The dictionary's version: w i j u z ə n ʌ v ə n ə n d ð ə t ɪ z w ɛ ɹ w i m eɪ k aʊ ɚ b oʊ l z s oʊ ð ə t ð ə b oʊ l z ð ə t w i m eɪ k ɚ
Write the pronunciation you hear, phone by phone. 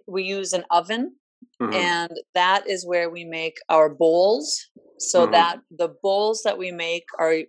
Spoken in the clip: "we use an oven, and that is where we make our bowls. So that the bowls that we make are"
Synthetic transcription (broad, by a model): w i j u z ə n ʌ v ə n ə n ð ə t ɪ z w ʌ ɹ w i m eɪ k aʊ ɚ b oʊ l z s oʊ ð ə t ð ə b oʊ l z ð ə t w i m eɪ k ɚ